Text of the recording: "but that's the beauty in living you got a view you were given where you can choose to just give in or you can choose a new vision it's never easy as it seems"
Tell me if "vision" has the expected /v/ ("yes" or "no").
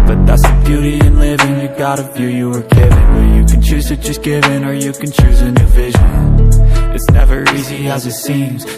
yes